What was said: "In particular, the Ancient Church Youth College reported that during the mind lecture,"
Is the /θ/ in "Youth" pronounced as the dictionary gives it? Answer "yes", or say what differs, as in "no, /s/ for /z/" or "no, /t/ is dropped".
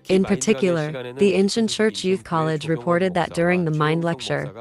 yes